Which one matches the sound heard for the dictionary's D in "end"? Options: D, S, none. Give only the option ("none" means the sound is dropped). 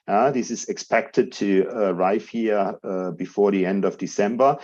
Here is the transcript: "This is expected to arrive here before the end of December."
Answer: D